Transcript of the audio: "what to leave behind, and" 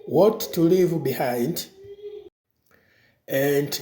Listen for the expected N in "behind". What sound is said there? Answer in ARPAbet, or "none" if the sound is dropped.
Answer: N